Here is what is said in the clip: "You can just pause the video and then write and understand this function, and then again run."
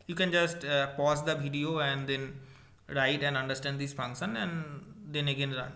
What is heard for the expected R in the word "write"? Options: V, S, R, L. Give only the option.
R